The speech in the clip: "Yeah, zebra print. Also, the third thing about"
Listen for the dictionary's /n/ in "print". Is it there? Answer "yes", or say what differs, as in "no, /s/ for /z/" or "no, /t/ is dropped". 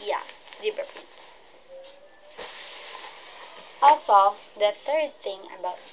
no, /n/ is dropped